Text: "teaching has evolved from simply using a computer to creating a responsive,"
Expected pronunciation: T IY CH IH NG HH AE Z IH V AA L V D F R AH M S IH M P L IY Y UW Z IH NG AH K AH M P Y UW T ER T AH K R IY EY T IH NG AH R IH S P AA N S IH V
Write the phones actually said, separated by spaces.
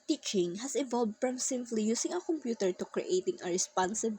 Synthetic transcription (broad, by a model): T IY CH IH NG HH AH S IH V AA L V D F R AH M S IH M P L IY Y UW S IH NG AH K AH M P Y UW T ER T AH K R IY EY T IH NG AH R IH S P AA N S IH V